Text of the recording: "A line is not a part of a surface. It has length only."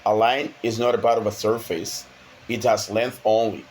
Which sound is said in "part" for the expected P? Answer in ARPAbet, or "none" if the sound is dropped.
B